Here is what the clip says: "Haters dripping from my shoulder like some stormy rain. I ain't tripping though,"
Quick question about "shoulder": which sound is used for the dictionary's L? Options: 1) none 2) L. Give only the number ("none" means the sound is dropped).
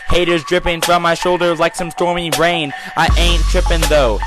2